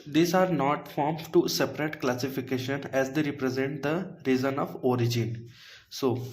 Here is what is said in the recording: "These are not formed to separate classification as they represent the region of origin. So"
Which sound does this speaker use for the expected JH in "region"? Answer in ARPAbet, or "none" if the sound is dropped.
Z